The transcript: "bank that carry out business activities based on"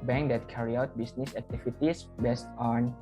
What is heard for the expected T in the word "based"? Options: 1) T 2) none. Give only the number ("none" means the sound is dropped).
1